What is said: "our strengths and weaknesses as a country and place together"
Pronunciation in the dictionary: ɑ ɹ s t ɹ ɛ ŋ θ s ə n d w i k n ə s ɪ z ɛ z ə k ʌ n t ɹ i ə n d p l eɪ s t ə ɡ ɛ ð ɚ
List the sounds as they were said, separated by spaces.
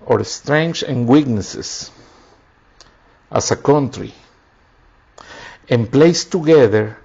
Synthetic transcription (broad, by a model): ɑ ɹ s t ɹ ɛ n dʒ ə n w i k n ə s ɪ s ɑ s ə k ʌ n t ɹ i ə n p l eɪ s t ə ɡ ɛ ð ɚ